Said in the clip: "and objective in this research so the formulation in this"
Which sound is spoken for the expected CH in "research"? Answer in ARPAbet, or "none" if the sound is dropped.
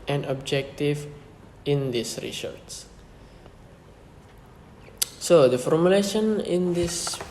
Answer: S